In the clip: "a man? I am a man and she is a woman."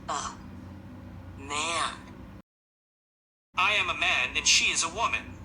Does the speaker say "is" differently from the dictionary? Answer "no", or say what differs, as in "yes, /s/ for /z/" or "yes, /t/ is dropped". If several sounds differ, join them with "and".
no